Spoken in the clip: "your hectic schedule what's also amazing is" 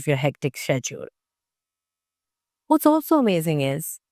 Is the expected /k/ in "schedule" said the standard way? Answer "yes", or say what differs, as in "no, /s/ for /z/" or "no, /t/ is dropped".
no, /k/ is dropped